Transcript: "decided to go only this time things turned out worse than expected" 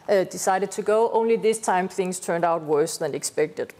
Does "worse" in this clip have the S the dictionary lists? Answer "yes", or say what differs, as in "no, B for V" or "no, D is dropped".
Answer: yes